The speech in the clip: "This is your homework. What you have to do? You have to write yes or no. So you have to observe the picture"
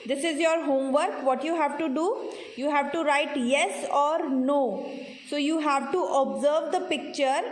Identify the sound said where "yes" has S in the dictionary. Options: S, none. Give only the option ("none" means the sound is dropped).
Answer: S